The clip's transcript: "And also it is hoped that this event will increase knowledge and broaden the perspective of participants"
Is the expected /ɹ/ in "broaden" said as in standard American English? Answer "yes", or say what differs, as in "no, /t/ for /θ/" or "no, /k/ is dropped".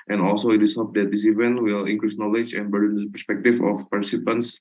no, /ɹ/ is dropped